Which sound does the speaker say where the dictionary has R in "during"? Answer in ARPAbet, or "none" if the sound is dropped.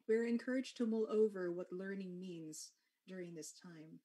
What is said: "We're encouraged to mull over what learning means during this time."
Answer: R